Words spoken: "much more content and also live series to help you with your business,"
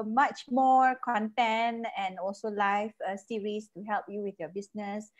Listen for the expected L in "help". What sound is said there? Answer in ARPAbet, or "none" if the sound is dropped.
L